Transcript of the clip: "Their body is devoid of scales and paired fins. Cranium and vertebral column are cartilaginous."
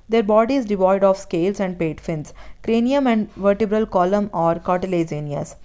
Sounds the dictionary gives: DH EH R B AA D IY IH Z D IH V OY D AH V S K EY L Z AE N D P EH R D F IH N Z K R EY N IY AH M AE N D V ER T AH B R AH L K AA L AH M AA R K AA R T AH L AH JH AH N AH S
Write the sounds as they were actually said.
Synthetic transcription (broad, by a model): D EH R B AA D IY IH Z D IH V OY D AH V S K EY L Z AE N D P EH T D F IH N S K R EY N IY AH M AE N D V ER T AH B R AH L K AA L AH M AA R K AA R T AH L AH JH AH N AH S